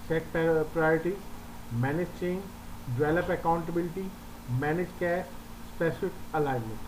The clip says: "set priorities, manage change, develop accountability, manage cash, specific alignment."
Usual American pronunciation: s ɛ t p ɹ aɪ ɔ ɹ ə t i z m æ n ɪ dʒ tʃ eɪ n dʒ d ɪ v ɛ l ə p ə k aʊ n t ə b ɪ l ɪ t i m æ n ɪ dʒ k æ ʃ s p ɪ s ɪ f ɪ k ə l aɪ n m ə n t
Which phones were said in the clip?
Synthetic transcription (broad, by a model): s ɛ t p ɹ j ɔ ɹ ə t i m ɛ n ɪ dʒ tʃ eɪ n dʒ d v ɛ l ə p ə k aʊ n t ə b ɪ l ɪ t i m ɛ n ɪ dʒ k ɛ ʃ s p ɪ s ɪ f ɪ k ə l aɪ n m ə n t